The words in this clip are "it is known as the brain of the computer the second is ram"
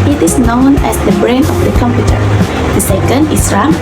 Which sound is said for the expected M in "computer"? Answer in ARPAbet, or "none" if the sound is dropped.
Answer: M